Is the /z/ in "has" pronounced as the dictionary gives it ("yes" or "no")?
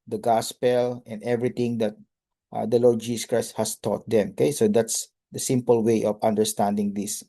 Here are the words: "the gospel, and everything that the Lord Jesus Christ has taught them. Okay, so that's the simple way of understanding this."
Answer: no